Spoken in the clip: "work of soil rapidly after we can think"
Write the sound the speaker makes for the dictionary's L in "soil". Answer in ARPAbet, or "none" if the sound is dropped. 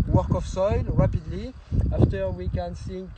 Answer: L